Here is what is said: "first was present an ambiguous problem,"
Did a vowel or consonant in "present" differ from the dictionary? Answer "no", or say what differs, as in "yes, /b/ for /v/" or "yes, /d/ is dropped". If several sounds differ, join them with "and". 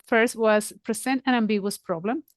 yes, /s/ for /z/